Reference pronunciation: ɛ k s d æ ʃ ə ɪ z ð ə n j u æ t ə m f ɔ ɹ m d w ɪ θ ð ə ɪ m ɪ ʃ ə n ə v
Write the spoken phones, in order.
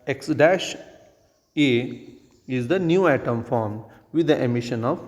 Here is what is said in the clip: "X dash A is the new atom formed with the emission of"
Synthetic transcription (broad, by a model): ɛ k s d æ ʃ ə ɪ z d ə n j u æ t ə m f ɔ ɹ m d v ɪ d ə ɪ m ɪ ʃ ə n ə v